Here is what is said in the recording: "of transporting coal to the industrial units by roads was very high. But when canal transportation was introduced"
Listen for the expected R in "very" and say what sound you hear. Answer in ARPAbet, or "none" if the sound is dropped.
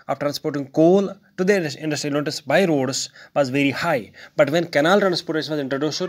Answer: R